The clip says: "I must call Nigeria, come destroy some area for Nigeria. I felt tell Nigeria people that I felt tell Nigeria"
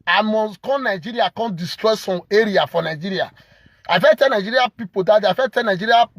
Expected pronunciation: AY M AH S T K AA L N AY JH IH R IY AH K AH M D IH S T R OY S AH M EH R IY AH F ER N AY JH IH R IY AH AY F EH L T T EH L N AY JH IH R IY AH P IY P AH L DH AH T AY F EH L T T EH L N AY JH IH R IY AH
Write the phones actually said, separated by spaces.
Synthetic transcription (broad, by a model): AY M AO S K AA N N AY JH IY R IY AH K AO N D IH S T R OY S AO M EH R IY AH F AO N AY JH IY R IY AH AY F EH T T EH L N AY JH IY R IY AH P IY P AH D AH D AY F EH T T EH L N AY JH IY R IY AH